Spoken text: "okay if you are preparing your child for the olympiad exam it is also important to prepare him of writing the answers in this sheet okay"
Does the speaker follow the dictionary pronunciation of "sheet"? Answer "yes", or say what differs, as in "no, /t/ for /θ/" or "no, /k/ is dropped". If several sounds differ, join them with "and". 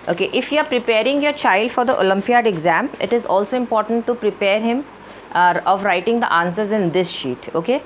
yes